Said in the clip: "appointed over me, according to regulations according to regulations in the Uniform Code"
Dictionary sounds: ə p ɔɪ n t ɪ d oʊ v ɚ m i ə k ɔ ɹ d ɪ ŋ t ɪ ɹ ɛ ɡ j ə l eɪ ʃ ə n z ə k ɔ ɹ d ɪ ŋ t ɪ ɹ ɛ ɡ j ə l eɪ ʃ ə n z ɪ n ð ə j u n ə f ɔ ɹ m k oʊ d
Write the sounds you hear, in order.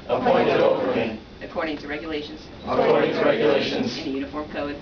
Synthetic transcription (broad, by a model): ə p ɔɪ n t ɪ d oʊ p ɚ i ə k ɔ ɹ d ɪ ŋ t ɪ ɹ ɛ ɡ j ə l eɪ ʃ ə n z ə k ɔ ɹ d ɪ ŋ t ɪ ɹ ɛ ɡ j ə l eɪ ʃ ə n z ɪ n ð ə j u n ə f ɔ ɹ m k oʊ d